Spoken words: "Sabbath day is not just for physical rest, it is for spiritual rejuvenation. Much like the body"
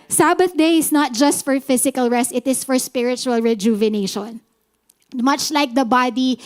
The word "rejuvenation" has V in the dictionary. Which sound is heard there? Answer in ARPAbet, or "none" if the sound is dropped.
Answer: V